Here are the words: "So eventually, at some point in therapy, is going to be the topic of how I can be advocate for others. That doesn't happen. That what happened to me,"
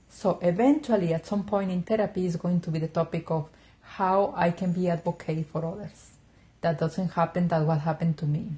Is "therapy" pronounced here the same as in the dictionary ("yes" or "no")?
no